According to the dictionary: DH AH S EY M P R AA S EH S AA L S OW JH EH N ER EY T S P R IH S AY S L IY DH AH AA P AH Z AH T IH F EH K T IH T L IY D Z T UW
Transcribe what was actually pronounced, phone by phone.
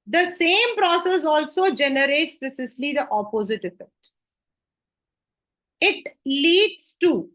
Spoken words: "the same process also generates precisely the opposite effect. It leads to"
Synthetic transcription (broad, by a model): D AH S EY M P R AA S EH S AA L S OW JH EH N ER EY T S P R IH S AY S L IY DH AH AA P AH Z AH T IH F EH K T IH T L IY D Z T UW